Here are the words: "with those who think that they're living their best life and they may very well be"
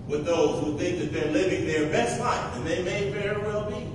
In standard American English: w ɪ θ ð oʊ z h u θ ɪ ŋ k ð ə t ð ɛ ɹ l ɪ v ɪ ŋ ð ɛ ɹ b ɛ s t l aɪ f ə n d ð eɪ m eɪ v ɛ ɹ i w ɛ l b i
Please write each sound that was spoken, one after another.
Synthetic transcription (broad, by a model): w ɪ ð oʊ z h u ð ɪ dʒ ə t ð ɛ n l ɪ v ɪ ŋ ð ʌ ɹ b ɛ s t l aɪ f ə n ð eɪ m eɪ f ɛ ɹ w ɛ l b i